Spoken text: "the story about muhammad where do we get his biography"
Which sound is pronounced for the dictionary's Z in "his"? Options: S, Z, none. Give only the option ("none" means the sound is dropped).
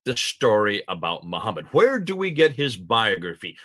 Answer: Z